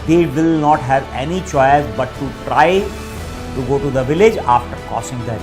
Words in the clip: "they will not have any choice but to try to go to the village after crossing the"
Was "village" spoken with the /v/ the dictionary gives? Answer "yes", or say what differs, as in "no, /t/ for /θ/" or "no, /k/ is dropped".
yes